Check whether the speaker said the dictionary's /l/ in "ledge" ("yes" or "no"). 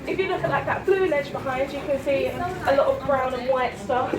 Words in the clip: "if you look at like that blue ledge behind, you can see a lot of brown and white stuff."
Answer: no